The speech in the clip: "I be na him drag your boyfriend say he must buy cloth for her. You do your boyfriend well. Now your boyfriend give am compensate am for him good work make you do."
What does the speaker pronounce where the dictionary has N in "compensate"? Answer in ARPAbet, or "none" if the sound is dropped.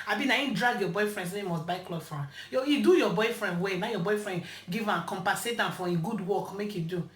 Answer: none